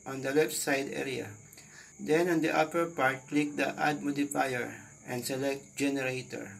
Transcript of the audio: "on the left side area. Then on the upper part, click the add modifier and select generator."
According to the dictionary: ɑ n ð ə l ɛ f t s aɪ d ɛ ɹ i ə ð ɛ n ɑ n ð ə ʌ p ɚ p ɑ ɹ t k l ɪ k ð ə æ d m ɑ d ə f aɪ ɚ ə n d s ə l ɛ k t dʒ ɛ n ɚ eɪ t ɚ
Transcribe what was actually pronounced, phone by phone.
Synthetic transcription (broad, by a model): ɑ n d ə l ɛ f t s aɪ d ɛ ɹ i ə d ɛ n ɑ n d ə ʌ p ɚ p ɑ ɹ t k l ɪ k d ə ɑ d m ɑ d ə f aɪ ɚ ə n d s ə l ɛ k t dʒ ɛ n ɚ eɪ t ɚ